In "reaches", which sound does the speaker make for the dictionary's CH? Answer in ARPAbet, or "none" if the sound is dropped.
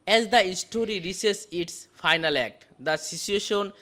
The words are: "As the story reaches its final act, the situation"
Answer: S